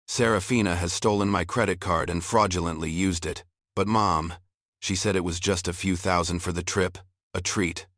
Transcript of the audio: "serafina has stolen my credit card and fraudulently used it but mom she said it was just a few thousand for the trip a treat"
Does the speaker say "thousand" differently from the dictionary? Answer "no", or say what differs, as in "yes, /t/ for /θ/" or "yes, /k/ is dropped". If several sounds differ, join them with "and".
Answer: no